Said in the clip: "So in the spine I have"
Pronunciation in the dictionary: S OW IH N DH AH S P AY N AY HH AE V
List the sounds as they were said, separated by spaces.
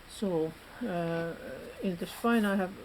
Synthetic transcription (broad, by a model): S OW IH N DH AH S F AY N AY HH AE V